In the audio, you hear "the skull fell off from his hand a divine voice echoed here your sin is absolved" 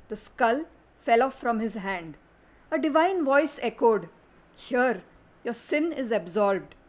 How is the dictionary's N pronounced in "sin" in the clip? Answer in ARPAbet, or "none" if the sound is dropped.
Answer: N